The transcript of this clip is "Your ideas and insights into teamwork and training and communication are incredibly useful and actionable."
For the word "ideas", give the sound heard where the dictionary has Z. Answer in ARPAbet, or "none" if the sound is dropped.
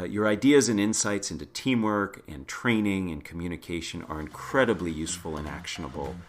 Z